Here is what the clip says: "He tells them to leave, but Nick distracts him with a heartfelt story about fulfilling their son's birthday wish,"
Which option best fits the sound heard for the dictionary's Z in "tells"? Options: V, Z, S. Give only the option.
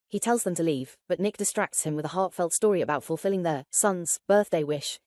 Z